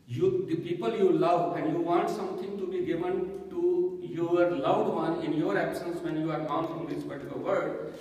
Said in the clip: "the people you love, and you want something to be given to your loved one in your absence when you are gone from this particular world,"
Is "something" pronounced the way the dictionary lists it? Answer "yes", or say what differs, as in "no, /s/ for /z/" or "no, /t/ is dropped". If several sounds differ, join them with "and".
no, /t/ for /θ/